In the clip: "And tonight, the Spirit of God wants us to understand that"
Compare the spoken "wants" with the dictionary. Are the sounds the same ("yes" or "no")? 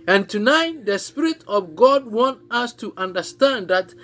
no